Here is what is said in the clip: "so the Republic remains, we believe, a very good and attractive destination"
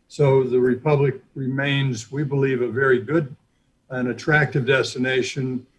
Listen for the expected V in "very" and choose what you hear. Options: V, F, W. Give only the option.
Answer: V